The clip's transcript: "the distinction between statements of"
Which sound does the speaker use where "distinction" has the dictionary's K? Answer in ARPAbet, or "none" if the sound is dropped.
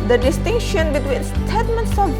K